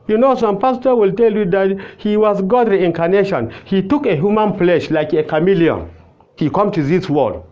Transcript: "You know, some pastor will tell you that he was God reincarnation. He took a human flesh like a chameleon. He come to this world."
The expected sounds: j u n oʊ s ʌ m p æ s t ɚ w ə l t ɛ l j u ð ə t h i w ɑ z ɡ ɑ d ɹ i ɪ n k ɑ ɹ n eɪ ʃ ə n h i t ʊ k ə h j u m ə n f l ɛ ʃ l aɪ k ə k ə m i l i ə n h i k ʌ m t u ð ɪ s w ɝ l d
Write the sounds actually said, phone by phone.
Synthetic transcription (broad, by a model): j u n oʊ s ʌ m p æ s t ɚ w ə l t ɛ l j u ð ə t h i w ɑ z ɡ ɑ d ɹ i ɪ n k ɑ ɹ n eɪ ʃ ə n h i t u k ə h j u m ə n p l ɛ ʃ l aɪ k ə k ə m i l i ə n h i k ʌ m t u ð ɪ s w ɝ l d